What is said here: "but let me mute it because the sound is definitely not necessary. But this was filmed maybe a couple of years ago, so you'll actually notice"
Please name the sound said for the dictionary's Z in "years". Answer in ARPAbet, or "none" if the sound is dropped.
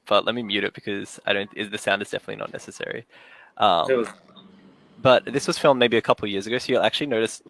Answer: Z